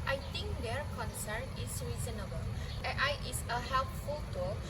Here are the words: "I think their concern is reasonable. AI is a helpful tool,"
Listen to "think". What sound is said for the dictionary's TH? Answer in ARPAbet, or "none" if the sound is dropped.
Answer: T